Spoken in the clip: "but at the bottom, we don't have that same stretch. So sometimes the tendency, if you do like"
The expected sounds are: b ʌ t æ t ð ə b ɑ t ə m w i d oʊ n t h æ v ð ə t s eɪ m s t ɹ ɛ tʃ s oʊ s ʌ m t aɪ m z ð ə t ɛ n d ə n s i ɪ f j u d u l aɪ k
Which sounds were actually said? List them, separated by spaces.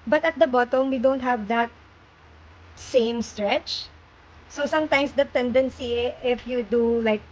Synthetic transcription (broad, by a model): b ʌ t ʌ t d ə b ɑ t ə m w i d oʊ n t h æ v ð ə t s eɪ m s t ɹ ɛ tʃ s oʊ s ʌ m t aɪ m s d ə t ɛ n d ə n s i ɪ f j u d u l aɪ k